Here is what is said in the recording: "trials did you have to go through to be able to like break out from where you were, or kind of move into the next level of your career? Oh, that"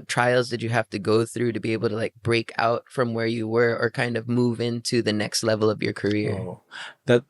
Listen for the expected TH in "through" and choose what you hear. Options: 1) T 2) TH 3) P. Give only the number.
2